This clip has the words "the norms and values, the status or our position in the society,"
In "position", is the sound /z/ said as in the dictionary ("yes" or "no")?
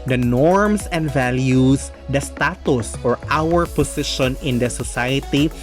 no